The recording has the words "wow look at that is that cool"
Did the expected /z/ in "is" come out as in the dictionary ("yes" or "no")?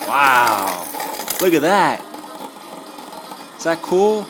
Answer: no